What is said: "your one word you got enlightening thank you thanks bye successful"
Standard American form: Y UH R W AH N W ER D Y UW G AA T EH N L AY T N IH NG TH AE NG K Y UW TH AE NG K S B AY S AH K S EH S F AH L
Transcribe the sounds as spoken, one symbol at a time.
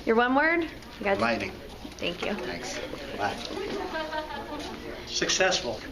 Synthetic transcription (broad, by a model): Y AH R W AH N W ER D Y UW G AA EH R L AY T IH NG TH AE NG K Y UW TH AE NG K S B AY S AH K S EH S F L